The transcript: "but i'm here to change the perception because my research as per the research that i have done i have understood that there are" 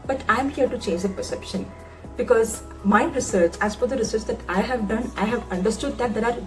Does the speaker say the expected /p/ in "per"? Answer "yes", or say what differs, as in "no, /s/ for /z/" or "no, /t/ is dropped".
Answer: no, /f/ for /p/